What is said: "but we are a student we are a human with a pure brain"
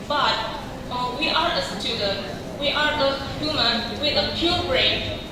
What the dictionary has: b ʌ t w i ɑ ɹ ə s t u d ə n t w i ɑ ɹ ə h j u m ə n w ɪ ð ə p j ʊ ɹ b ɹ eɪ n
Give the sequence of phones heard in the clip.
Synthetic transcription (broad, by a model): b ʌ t w i ɑ ɹ ə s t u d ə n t w i ɑ ɹ ə h j u m ə n w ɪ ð ə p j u l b ɹ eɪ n